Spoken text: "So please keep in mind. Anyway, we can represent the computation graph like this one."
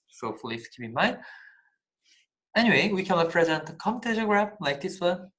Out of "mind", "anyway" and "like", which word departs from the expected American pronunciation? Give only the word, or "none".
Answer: mind